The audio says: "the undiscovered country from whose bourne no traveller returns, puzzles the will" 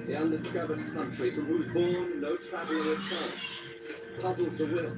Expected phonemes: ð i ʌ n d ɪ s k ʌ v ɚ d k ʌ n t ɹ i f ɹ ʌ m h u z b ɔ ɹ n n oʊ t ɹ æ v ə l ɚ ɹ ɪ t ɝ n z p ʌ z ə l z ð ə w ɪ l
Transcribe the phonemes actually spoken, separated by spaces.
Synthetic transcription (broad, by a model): ð i ʌ n d ɪ s k ʌ v ɚ d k ʌ n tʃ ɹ i f ɹ ʌ m h u z b ɔ ɹ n n oʊ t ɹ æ v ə l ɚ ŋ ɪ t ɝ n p ʌ z l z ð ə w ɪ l